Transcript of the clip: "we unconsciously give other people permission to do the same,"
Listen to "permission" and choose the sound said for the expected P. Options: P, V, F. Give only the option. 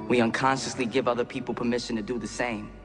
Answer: P